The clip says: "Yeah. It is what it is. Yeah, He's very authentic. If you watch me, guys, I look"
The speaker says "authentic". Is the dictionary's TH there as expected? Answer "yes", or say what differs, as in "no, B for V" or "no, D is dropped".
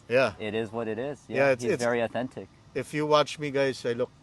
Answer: yes